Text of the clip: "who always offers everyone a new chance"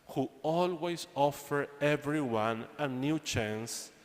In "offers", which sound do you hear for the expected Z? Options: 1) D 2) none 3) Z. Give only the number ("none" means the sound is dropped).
2